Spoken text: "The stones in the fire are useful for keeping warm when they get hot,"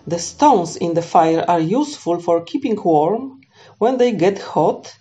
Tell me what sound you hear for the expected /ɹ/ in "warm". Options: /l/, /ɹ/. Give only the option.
/ɹ/